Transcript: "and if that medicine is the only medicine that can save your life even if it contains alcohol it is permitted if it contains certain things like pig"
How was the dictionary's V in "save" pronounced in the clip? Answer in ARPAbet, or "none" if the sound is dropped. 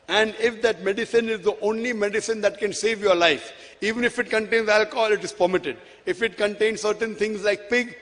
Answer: V